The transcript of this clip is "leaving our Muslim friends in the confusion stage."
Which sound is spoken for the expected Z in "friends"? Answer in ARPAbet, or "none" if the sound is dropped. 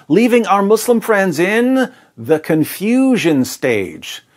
Z